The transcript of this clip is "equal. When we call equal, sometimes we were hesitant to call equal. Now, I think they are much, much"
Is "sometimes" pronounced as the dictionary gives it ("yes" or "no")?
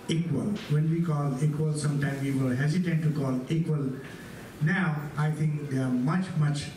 no